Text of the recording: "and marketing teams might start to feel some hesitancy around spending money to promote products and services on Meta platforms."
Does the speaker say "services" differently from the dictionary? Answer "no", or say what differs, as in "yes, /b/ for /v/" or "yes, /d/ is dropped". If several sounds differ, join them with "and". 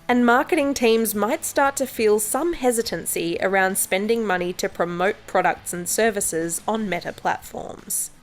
no